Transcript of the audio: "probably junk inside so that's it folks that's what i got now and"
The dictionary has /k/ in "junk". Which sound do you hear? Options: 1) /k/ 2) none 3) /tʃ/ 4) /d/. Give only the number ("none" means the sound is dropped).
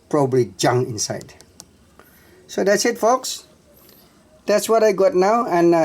2